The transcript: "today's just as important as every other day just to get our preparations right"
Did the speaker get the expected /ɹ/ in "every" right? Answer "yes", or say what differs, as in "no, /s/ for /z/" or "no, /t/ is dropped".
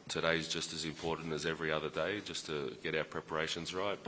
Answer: yes